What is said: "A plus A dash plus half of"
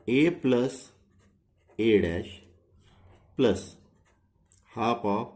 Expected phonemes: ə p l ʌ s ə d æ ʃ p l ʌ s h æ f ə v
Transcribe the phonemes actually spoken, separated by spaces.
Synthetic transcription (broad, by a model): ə p l ʌ s ə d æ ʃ p l ʌ s h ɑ p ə